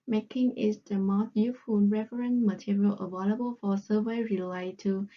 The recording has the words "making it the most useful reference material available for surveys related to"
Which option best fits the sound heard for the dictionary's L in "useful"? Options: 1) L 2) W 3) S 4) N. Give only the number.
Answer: 4